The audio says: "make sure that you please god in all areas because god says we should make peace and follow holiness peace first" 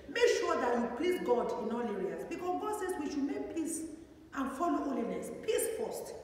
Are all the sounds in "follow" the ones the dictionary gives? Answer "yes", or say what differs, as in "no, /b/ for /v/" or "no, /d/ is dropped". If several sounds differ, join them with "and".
yes